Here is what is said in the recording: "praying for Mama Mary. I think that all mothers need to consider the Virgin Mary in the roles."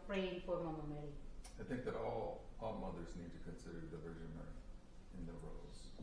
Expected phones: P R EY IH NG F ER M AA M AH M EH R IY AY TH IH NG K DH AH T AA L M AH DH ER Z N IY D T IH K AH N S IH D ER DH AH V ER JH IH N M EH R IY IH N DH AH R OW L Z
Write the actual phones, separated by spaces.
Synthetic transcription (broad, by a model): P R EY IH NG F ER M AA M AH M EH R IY AY TH IH NG K DH AH T AA L M AH DH ER Z N IY D T IH K AH N S IH D ER DH AH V ER ZH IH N M EH R IY IH N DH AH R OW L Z